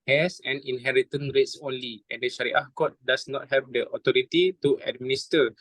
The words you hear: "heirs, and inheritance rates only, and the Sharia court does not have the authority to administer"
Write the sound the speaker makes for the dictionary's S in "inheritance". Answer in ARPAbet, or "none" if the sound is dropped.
none